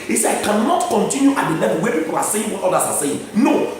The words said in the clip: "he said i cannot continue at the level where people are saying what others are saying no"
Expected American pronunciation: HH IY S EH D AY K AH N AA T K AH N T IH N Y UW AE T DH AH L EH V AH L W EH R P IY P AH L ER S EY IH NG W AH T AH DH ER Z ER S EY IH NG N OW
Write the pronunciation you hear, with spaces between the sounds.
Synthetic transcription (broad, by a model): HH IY S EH AY K AH N AA T K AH N T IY N Y UW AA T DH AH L EH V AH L W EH P IY P AH L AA S EY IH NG W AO T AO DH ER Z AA S EY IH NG N OW